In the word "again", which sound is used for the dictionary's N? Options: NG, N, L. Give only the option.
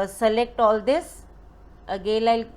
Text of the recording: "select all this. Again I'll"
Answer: L